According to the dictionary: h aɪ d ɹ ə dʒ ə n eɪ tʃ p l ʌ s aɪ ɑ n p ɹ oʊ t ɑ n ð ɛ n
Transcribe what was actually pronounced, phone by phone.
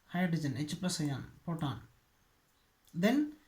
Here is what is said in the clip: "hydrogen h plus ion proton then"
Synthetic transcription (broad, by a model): h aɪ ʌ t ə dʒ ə n eɪ tʃ p l ʌ s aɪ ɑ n p oʊ t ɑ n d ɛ n